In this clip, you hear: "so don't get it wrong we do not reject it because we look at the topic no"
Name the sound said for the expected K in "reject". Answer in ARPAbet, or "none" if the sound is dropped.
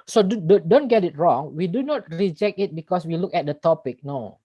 K